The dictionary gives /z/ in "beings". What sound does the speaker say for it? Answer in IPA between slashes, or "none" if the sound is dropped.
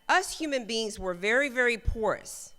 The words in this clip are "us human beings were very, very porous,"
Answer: /z/